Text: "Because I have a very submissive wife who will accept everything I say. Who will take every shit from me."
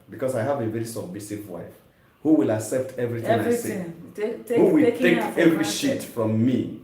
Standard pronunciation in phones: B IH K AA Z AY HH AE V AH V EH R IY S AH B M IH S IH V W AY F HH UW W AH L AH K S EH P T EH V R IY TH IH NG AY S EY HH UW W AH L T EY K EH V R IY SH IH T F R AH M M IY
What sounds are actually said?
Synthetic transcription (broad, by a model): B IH K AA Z AY HH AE V AH V EH R IY S AH B M IH S IH V W AY F HH UW W AH L AH K S EH P T EH V R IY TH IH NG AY S EY HH UW W AH L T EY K EH V R IY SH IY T F R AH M M IY